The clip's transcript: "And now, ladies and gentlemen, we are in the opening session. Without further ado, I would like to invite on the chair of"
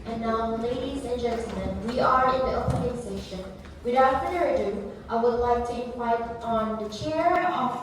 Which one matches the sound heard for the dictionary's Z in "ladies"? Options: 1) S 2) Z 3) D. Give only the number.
2